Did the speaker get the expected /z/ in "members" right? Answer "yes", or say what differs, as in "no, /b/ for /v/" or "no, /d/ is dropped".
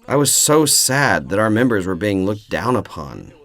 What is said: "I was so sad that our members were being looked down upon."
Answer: yes